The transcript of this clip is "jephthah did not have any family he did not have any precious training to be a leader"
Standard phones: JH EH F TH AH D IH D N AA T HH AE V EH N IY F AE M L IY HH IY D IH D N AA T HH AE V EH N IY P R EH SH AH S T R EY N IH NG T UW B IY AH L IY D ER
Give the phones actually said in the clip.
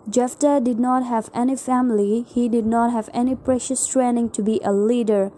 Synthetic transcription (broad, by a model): JH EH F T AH D IH D N AA T HH AE V EH N IY F AE M L IY HH IY D IH D N AA T HH AE V EH N IY P R EH SH AH S T R EY N IH NG T UW B IY AH L IY D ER